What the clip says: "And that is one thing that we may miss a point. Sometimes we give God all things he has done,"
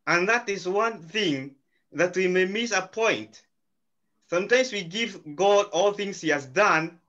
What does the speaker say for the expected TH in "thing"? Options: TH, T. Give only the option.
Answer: TH